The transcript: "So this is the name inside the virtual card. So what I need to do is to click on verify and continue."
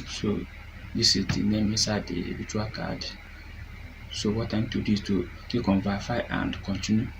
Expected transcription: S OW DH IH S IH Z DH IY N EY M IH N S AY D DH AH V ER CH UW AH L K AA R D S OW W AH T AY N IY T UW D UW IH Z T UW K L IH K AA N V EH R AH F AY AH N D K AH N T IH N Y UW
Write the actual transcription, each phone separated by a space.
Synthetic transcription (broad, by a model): S OW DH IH S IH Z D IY N EY M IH S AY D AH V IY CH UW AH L K AA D S OW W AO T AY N T UW D UW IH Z T UW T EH K AA N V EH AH F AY AH N D K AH N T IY N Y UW